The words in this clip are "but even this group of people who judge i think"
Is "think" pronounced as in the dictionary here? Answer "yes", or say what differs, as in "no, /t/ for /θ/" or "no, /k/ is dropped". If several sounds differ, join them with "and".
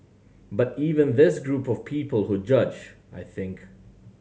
yes